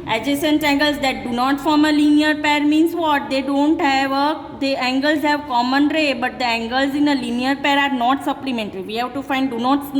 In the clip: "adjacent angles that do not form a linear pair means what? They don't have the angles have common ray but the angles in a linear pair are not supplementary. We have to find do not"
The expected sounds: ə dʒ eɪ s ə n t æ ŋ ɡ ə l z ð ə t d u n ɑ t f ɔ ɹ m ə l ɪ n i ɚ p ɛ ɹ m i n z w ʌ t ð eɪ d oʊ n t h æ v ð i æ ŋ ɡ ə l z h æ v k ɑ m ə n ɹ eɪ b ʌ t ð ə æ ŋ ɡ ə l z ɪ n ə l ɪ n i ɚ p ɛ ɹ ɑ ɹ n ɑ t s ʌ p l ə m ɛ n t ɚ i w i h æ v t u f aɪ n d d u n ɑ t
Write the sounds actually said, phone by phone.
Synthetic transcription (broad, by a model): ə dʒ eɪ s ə n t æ ŋ ɡ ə l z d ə t d u n ɑ t f ɔ ɹ m ə l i n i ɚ p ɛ ɹ m i n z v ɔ t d eɪ d oʊ n t h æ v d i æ ŋ ɡ ə l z h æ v k ɑ m ə n ɹ eɪ b ʌ t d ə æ ŋ ɡ ə l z ɪ n ə l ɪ n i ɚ p ɛ ɹ ɑ ɹ n ɑ t s ʌ p l ə m ɛ n t ɚ i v i h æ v t u f aɪ n d d u n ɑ t